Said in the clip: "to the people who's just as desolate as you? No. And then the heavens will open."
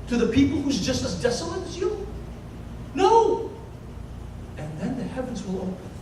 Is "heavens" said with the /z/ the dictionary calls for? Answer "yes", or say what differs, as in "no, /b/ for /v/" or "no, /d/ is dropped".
yes